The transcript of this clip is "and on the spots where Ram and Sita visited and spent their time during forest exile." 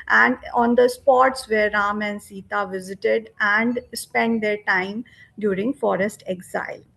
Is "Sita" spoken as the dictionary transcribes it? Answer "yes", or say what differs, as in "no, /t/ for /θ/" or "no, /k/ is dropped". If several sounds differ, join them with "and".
yes